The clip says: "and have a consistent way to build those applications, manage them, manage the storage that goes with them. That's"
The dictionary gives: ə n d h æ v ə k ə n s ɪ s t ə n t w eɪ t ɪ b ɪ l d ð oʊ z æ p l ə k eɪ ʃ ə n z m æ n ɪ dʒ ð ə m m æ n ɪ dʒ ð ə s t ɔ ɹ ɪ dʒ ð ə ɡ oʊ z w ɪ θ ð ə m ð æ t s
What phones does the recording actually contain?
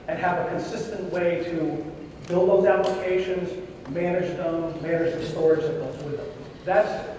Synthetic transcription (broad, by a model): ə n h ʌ v ə k ə n s ɪ s t ə n t w eɪ t ɪ b ɪ l d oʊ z æ p l ə k eɪ ʃ ə n z m æ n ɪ dʒ ð ə m m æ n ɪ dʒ ð ə s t ɔ ɹ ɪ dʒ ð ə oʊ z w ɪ ð ə m ð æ t s